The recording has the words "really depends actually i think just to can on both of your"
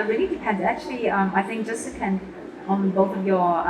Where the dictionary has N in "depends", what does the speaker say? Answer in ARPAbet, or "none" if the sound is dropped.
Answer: none